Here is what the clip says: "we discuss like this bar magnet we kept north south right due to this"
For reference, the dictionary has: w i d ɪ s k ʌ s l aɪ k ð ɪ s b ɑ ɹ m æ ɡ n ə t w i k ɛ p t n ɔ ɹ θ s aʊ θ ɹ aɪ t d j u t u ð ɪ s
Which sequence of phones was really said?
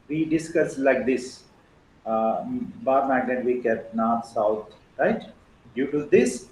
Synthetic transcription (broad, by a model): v i d ɪ s k ʌ s l aɪ k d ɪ s b ɑ ɹ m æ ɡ ə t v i k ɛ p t n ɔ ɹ t s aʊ t ɹ aɪ t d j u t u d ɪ s